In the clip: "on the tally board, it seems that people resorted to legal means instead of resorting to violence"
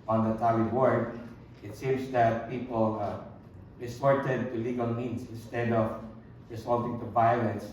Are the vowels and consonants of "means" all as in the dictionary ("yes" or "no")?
no